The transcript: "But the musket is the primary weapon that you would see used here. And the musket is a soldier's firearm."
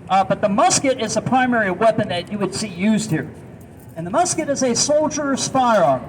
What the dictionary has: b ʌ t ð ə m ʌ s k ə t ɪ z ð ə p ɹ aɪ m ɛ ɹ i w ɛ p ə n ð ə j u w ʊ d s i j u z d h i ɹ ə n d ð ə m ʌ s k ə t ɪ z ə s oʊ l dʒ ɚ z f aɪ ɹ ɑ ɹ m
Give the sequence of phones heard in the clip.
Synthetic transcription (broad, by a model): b ʌ t ð ə m ʌ s k ə t ɪ z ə p ɹ aɪ m ɛ ɹ i w ɛ p ə n ð ə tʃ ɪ w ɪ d s i j u z d h i ɹ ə n ð ə m ʌ s k ə t ɪ z ə s oʊ l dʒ ɚ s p aɪ ɹ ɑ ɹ